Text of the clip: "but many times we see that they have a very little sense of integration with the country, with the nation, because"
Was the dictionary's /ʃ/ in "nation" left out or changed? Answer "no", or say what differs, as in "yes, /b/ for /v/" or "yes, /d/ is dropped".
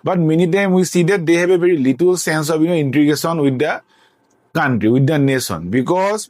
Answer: yes, /s/ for /ʃ/